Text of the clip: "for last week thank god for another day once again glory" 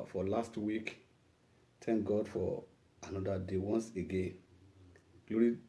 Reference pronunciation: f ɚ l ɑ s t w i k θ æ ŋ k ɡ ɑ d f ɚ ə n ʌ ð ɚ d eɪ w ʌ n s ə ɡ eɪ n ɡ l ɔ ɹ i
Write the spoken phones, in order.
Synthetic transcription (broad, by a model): f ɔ l ɑ s t w i k t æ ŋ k ɡ ɑ d f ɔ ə n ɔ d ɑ d eɪ w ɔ n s ə ɡ eɪ n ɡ l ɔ ɹ i